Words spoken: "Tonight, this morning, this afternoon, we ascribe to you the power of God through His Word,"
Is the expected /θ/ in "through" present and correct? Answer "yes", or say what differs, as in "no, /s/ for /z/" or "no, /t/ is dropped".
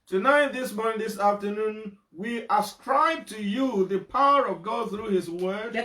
yes